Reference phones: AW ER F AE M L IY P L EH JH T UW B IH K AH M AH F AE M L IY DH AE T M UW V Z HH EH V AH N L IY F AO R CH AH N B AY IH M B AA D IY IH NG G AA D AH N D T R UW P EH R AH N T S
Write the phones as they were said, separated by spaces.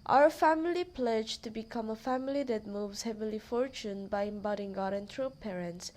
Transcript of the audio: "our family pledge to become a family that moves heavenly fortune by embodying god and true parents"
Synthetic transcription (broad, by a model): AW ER F AE M L IY P L EH JH T UW B IH K AH M AH F AE M L IY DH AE T M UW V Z HH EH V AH L IY F AO R CH AH N B AY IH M B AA D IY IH NG G AA D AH N T R UW P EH R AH N T S